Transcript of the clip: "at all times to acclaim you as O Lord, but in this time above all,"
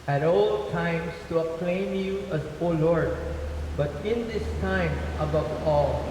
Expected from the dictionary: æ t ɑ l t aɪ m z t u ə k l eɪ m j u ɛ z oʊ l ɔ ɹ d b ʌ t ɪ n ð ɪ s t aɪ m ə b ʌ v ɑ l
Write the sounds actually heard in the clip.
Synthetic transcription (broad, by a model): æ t ɑ l t aɪ m s t u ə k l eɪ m j u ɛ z oʊ l ɔ ɹ d b ʌ t ɪ n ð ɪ s t aɪ m ə b ʌ v ɑ l